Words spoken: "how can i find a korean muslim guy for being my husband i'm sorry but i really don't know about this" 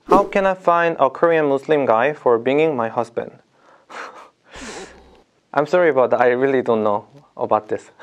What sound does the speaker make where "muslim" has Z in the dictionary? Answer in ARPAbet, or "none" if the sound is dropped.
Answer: S